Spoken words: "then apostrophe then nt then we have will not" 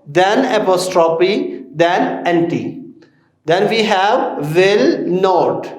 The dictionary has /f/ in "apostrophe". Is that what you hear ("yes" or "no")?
no